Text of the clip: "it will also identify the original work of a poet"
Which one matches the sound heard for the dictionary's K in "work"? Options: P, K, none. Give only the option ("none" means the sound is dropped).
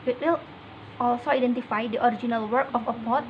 K